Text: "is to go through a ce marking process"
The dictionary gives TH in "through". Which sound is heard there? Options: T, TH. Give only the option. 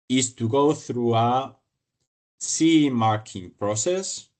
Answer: TH